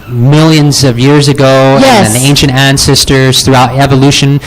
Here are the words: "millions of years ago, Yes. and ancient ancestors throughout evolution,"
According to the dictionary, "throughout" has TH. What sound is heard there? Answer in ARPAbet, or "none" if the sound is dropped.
TH